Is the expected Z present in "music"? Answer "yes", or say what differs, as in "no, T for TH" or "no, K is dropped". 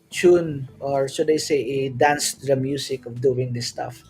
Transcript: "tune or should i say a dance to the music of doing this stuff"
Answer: no, S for Z